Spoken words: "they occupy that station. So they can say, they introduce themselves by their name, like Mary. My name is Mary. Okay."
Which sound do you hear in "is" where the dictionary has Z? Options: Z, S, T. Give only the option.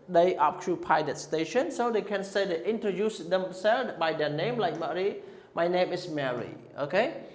S